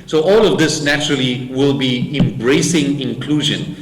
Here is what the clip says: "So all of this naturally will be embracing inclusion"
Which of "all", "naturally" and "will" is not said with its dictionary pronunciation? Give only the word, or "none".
none